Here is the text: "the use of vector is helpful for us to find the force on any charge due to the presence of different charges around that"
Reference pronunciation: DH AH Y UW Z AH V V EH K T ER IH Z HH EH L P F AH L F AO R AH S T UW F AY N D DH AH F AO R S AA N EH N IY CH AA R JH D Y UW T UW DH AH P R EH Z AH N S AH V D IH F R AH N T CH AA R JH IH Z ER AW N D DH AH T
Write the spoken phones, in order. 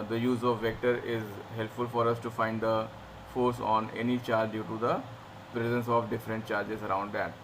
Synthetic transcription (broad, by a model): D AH Y UW Z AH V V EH K T ER IH Z HH EH L P F AH L F AO R AH S T UW F AY N D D AH F AO R S AA N EH N IY CH AA R JH D Y UW T UW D AH P R EH Z AH N S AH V D IH F R AH N T CH AA R JH IH Z ER AW N D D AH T